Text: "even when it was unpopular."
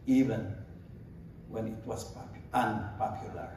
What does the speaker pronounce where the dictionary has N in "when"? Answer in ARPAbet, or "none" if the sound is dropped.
N